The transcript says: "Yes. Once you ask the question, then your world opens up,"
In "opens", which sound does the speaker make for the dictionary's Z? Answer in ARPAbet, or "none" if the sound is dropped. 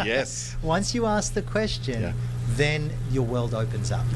Z